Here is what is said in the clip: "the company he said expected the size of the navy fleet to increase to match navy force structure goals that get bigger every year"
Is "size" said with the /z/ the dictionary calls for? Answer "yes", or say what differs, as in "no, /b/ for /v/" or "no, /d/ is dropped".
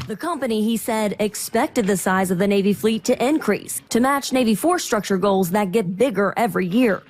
yes